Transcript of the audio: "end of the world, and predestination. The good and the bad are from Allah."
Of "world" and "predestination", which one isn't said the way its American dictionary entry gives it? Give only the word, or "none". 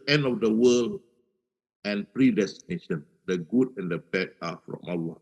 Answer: world